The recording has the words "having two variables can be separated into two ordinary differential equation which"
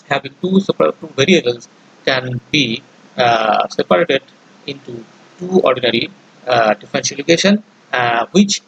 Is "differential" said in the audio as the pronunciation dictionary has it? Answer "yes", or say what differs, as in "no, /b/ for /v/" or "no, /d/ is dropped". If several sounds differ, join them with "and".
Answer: no, /s/ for /ʃ/